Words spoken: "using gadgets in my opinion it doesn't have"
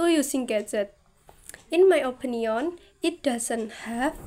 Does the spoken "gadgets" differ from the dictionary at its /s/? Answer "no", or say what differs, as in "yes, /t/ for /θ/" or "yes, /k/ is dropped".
yes, /s/ is dropped